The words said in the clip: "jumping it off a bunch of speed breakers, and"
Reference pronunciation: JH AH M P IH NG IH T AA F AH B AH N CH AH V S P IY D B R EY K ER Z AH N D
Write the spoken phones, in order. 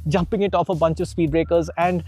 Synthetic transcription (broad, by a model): JH AH M P IH NG IH T AA F AH B AH N CH AH V S P IY D B R EY K ER Z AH N D